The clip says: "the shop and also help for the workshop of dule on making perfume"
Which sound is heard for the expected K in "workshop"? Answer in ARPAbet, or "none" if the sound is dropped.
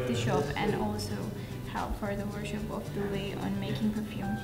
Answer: none